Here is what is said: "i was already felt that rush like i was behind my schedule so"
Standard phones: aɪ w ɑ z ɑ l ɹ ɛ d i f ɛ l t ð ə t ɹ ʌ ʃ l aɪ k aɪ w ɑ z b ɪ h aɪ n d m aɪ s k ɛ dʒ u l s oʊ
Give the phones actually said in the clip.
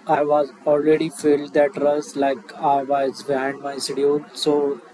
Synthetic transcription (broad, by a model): aɪ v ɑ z ɑ l ɹ ɛ d i f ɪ l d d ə t ɹ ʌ s l aɪ k aɪ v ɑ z b ɪ h aɪ n d m aɪ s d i u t s oʊ